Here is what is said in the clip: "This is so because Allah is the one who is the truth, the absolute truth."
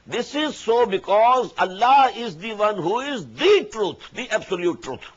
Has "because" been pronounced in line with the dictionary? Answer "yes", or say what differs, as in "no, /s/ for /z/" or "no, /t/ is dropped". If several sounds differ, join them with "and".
yes